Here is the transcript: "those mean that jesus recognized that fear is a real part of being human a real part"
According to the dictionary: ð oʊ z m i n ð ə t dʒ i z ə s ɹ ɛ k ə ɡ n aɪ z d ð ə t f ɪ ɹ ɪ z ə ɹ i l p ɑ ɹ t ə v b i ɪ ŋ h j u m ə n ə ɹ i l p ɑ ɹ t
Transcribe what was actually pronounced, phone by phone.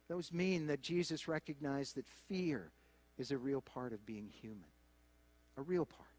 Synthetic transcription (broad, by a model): ð oʊ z m i n ð ə t dʒ i z ə s ɹ ɛ k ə ɡ n aɪ z ð ə t f ɪ ɹ ɪ z ə ɹ i l p ɑ ɹ t ə v b i ɪ ŋ h j u m ə n ə ɹ i l p ɑ ɹ t